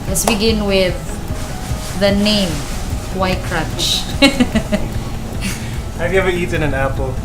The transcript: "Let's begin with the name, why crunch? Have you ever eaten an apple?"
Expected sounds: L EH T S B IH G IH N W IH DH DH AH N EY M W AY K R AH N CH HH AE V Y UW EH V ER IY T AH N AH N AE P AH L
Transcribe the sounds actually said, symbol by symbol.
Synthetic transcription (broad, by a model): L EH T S B IH G IH N W IH DH DH AH N EY M W AY K R AH N CH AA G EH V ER IY T AH N AH N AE P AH L